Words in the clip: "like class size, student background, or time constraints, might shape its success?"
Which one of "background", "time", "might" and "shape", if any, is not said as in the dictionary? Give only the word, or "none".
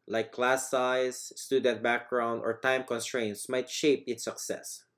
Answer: none